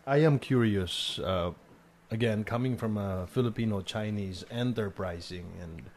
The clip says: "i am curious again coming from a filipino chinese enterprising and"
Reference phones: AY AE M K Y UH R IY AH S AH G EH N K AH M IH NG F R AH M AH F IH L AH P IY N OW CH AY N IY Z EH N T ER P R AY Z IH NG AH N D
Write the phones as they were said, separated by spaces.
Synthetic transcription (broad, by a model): AY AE M K Y UH R IY AH S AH G EH N K AH M IH NG F R AH M AH F IH L AH P IY N OW CH AY N IY Z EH N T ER P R AY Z IH NG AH N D